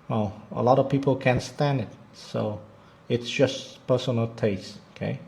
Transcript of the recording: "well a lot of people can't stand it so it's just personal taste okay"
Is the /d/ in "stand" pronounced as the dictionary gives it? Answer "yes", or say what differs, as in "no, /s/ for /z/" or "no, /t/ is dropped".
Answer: yes